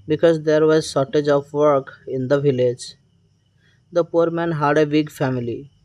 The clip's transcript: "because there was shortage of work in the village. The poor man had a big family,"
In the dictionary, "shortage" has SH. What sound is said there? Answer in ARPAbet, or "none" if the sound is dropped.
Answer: S